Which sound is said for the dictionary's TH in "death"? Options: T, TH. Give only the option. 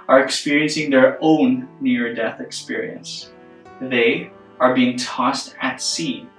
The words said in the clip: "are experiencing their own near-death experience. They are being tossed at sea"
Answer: TH